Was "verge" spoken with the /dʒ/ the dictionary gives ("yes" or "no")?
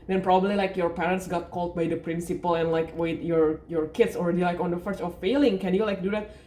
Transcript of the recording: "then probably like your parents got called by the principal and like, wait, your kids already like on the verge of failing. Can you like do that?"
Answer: no